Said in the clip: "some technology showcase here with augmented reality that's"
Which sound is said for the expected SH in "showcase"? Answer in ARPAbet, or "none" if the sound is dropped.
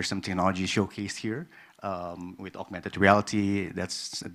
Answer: SH